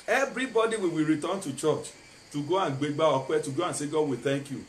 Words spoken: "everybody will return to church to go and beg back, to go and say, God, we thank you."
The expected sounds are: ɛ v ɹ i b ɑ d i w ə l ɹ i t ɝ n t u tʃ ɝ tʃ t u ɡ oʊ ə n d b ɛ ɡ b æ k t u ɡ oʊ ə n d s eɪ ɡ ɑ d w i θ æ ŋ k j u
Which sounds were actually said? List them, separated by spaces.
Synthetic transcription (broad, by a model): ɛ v ɹ i b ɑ d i w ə w ɹ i t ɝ n t u tʃ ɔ tʃ t u ɡ oʊ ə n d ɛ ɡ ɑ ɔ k t u ɡ oʊ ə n s eɪ ɡ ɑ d w i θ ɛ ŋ k j u